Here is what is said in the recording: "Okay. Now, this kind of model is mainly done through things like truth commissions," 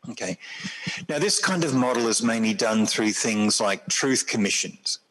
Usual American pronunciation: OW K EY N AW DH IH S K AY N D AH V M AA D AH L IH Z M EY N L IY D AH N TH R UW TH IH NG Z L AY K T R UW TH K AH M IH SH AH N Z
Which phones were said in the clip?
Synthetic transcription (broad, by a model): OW K EY N AW DH IH S K AY N D AH V M AA D L IH Z M EY N L IY D AH N TH R UW TH IH NG Z L AY K T R UW TH K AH M IH SH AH N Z